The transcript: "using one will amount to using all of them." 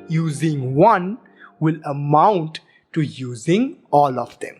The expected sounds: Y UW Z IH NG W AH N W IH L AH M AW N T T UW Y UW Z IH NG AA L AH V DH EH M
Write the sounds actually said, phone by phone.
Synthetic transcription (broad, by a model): Y UW Z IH NG W AH N W IH L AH M AW N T T UW Y UW Z IH NG AA L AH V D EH M